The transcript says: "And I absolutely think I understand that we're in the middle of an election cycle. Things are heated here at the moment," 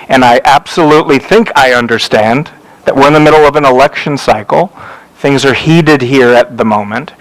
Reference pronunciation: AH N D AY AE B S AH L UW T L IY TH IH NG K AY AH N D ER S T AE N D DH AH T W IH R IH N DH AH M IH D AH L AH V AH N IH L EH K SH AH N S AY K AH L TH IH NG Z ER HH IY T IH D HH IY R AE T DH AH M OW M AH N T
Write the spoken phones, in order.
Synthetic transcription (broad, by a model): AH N AY AE B S AH L UW T L IY TH IH NG K AY AH N D ER S T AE N DH AH T W IH R IH N DH AH M IH D L AH V AH N IH L EH K SH AH N S AY K L TH IH NG Z ER HH IY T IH D HH IY R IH T DH AH M OW M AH N T